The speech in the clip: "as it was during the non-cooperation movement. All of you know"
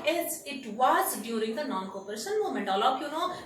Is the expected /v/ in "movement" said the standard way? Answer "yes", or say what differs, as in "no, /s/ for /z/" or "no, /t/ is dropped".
no, /v/ is dropped